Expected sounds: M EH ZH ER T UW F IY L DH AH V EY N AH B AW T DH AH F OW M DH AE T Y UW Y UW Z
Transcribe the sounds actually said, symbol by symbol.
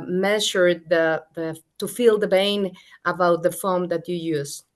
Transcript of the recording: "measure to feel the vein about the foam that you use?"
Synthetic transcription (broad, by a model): M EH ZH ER T UW F IY L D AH B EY N AH B AW T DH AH F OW M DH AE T Y UW Y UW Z